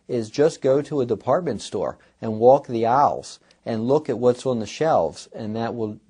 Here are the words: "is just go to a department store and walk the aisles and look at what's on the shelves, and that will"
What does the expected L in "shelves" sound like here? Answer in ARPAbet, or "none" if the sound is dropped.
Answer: L